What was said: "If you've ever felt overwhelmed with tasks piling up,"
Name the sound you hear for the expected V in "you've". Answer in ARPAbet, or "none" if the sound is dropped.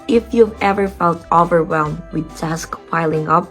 V